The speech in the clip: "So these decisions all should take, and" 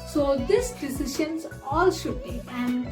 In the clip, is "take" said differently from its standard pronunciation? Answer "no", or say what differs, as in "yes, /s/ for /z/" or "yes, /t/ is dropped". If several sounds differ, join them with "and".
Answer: yes, /k/ is dropped